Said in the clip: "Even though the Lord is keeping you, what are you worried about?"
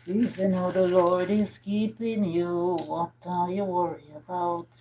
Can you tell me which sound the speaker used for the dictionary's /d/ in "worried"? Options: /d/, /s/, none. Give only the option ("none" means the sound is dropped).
none